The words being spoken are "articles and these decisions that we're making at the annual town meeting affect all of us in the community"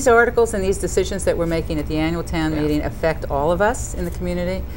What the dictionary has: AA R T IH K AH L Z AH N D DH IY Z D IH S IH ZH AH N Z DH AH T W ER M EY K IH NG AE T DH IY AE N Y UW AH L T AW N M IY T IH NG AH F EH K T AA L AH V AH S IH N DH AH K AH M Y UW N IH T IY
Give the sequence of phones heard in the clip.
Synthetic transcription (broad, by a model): AA R T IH K L Z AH N DH IY Z D IH S IH ZH AH N Z DH AH T W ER M EY K IH NG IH T DH IY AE N Y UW L T AW N M IY T IH NG AH F EH K T AA L AH V AH S IH N DH AH K M Y UW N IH T IY